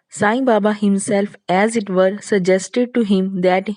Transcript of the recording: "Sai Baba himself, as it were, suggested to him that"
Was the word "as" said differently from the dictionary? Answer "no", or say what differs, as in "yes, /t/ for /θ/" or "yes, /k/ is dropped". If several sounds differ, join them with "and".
no